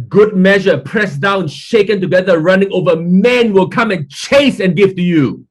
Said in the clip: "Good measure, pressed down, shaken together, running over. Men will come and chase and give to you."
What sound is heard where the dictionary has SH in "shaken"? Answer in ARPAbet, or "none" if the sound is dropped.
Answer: SH